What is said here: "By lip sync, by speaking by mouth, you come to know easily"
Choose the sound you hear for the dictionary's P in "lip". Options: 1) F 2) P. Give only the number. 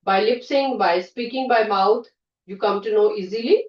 2